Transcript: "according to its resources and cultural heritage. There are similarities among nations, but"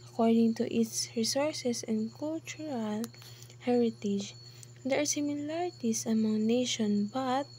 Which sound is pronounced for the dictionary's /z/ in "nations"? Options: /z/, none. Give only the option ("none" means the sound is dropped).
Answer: none